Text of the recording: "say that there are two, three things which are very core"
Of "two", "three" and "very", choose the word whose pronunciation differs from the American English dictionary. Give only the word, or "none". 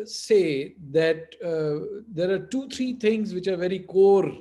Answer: three